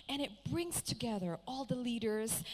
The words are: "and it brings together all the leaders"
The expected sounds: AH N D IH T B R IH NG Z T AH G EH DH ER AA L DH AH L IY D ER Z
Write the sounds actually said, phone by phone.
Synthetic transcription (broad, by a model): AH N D IH T B R IH NG Z T AH G EH DH ER AA L DH AH L IY D ER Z